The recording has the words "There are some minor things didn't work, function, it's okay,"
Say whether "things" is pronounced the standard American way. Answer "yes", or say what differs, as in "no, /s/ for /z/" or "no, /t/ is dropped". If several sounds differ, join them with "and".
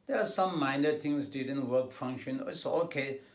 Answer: no, /t/ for /θ/